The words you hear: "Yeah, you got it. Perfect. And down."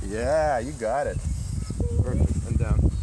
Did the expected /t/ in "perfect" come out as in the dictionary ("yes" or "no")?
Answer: no